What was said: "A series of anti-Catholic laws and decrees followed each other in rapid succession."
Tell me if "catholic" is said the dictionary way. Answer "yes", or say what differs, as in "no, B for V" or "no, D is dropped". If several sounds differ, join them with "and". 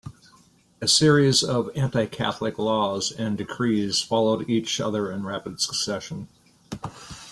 yes